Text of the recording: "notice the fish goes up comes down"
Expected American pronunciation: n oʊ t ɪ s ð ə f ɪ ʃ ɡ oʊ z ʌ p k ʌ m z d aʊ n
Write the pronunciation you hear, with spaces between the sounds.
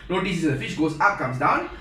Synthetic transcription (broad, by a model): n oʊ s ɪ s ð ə f ɪ ʃ ɡ oʊ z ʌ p k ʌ m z d aʊ n